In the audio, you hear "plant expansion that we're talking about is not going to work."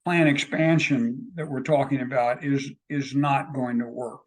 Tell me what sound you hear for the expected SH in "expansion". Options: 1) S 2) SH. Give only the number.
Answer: 2